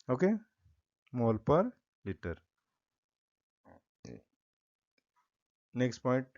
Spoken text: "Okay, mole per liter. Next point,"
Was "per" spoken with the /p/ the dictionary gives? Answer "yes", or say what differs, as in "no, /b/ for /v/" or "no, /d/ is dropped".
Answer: yes